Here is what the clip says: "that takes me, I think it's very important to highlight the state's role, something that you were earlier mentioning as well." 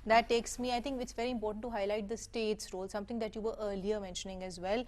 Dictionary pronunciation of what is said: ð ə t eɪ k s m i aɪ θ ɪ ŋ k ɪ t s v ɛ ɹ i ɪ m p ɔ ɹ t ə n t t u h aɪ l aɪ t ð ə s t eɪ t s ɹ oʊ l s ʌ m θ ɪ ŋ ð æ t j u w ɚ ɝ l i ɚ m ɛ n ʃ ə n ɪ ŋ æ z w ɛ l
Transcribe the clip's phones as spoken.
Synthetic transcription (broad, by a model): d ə t eɪ k s m i aɪ t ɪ ŋ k ɪ t s v ɛ ɹ i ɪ m p ɔ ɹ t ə n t t u h aɪ l aɪ t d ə s t eɪ t s ɹ oʊ l s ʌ m t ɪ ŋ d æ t j u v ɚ ɝ l i ɚ m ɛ n ʃ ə n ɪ ŋ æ z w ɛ l